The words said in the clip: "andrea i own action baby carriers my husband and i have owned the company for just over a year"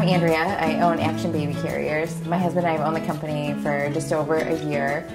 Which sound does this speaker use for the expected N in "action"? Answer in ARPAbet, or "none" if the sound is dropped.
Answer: N